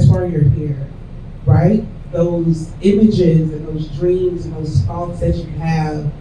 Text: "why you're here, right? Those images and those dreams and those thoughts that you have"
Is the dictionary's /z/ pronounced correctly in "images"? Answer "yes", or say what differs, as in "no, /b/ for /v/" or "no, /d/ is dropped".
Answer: yes